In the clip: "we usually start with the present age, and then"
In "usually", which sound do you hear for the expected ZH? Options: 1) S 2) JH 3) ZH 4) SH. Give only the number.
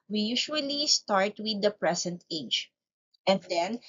4